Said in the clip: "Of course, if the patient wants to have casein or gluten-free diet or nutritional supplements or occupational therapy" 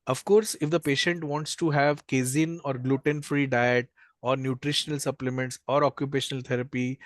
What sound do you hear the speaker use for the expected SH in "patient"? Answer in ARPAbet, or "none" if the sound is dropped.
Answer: SH